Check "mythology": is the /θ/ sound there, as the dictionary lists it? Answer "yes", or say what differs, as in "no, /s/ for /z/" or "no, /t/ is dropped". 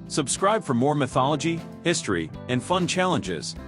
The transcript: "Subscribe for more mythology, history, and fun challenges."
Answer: yes